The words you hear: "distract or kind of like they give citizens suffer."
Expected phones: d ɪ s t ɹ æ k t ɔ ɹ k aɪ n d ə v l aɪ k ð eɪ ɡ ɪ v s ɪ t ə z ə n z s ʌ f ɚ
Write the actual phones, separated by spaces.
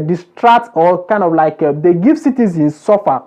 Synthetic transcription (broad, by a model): d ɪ s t ɹ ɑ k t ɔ l k aɪ n d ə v l aɪ k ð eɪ ɡ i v s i t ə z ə n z s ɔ f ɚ